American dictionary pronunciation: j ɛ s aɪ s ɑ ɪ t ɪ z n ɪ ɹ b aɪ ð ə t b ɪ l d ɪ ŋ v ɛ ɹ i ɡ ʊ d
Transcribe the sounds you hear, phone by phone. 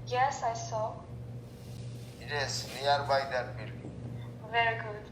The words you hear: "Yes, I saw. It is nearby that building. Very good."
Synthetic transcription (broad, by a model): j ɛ s aɪ s ɑ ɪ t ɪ s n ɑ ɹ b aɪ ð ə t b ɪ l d v ɛ ɹ i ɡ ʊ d